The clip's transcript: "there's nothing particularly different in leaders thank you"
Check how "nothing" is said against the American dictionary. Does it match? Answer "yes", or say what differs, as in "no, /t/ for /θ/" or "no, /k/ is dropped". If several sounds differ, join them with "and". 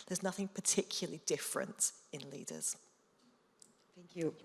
yes